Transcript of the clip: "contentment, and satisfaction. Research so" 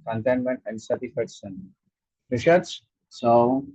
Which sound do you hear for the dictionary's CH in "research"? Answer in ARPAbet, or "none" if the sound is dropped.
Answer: S